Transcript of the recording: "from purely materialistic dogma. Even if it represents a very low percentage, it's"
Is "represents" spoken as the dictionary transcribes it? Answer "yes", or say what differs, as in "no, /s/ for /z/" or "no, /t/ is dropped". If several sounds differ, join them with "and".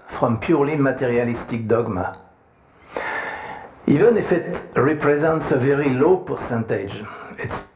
yes